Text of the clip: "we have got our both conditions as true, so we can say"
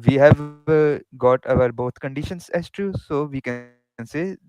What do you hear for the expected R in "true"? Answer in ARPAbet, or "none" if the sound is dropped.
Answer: none